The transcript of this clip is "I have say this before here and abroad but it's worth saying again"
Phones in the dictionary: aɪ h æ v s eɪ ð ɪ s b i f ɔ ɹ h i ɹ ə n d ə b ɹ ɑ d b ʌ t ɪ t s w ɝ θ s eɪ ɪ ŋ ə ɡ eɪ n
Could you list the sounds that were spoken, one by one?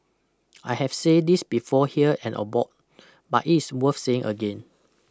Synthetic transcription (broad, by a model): aɪ h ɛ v s eɪ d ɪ s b i f ɔ h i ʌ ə n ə b ɑ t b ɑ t ɪ t s w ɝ f s eɪ ɪ ŋ ə ɡ eɪ n